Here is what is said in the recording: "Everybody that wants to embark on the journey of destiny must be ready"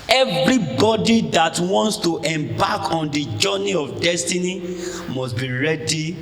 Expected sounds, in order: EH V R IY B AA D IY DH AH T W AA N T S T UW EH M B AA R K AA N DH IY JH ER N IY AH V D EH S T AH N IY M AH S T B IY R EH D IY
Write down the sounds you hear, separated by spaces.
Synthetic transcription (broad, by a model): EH V R IY B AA D IY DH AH T W AA N T S T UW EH M B AA K AA N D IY JH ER N IY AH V D EH S T AH N IY M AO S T B IY R EH D IY